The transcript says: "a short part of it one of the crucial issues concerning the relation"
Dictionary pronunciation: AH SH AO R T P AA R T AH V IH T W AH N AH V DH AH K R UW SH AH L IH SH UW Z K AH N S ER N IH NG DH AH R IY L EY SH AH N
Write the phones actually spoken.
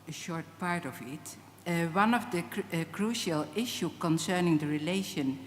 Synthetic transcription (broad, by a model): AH SH AO R T P AA R T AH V IH T W AH N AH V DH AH K R UW SH AH L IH SH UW K AH N S ER N IH NG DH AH R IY L EY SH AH N